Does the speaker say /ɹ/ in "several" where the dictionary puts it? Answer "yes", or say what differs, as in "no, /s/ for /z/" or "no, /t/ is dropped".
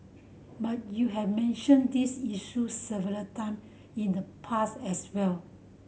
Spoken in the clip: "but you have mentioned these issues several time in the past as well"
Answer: no, /ɹ/ is dropped